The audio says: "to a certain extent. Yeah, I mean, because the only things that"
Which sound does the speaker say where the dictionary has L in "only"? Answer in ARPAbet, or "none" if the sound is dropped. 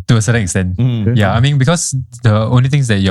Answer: L